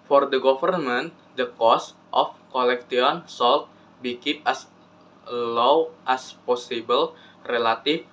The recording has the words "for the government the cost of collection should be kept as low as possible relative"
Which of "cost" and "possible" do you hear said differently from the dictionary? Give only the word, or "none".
none